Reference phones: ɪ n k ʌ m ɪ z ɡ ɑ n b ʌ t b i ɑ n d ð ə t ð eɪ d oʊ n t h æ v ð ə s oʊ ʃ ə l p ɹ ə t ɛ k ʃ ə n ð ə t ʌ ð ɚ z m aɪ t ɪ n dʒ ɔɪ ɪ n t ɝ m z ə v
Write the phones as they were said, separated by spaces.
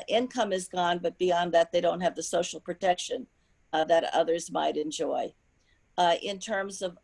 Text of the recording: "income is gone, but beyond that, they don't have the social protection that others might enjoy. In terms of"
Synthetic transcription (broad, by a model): ɪ n k ʌ m ɪ z ɡ ɑ n b ʌ t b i ɑ n ð ə t ð eɪ d oʊ n t h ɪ v ð ə s oʊ ʃ l p ɹ ə t ɛ k ʃ ə n ð ə t ʌ ð ɚ z m aɪ t ɪ n dʒ ɔɪ ɪ n t ɝ m z ə v